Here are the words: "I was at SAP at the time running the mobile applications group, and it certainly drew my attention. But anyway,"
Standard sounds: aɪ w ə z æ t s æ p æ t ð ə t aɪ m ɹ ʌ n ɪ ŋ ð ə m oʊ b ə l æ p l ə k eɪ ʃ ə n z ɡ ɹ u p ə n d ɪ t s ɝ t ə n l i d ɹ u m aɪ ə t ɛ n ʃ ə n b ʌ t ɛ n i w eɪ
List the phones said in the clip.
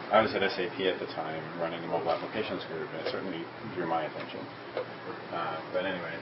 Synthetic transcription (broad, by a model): aɪ w ə z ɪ t s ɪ p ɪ t ð ə t aɪ m ɹ ʌ n ɪ ŋ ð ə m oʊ ə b æ p l ə k eɪ ʃ ə n z ɡ ɹ u p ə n ɪ t s ɝ t n l i d ɹ u m aɪ ə t ɛ n ʃ ə n b ʌ t ɛ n i w eɪ